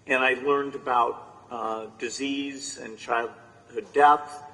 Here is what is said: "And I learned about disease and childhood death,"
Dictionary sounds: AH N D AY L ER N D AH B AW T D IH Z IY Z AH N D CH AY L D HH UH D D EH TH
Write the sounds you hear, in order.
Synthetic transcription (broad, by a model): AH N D AY L ER N D AH B AW T D IH Z IY Z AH N CH AY L D HH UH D D EH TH